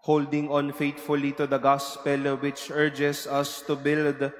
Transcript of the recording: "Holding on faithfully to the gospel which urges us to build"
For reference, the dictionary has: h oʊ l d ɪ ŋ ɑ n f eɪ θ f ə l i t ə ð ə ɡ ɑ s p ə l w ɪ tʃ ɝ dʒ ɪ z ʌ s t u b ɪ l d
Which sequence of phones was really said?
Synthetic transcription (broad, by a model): h oʊ l d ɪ ŋ ɑ n f eɪ t f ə l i t ə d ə ɡ ɑ s p ə l w ɪ tʃ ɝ dʒ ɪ s ʌ s t u b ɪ l d